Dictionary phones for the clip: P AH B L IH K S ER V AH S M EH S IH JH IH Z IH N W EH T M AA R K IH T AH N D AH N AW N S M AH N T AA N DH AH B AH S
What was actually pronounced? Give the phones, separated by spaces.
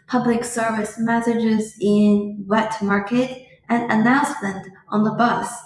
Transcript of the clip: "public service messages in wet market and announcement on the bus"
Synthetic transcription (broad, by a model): P AH B L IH K S ER V AH S M EH S IH JH IH Z IH N W EH T M AA R K IH T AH N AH N AW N S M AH N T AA N DH AH B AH S